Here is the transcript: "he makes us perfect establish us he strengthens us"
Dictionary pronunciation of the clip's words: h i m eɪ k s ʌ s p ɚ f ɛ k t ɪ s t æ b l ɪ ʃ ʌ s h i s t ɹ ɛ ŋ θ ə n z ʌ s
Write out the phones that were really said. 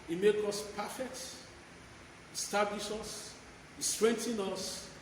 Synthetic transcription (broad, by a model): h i m eɪ k ɔ s p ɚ f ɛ k t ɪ s t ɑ b l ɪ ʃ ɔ s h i s t ɹ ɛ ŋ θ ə n ɔ s